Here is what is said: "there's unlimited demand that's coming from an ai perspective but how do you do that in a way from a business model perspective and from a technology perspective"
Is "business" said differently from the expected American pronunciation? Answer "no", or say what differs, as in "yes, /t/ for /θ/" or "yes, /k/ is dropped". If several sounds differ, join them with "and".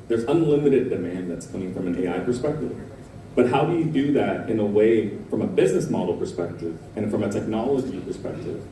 no